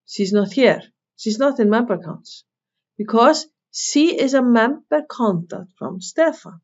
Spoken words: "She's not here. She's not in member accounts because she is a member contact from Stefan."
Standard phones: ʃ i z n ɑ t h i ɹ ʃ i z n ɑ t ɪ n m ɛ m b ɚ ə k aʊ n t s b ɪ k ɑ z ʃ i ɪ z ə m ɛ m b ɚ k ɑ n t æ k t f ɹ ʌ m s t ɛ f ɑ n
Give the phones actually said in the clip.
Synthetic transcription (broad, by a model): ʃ i z n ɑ t h i ɹ ʃ i z n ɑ t ɪ n m ɛ m b ɚ k aʊ n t s b ɪ k ɑ z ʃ i ɪ z ə m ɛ m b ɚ k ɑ n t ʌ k t f ɹ ʌ m s t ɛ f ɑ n